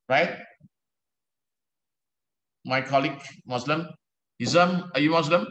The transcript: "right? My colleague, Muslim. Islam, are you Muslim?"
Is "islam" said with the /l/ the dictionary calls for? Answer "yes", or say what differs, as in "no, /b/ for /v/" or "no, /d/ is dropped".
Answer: no, /l/ is dropped